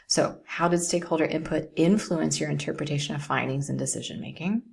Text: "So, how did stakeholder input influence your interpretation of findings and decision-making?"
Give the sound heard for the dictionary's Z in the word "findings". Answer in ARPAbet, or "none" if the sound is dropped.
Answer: Z